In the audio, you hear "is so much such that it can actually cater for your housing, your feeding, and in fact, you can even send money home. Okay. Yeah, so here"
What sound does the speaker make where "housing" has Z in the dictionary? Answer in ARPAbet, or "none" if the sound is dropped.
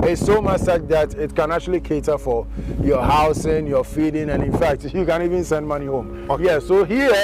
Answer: S